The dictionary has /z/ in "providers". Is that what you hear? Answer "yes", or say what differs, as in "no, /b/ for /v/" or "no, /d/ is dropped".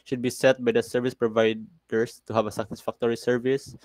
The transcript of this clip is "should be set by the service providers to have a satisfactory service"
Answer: no, /s/ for /z/